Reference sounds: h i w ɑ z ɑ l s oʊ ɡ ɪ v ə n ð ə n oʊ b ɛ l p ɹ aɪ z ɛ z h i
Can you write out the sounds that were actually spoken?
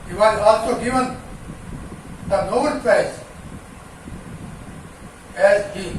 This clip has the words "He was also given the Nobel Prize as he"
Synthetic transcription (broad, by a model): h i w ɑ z ɑ l s oʊ ɡ ɪ v ə n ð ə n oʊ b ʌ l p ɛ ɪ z ɛ z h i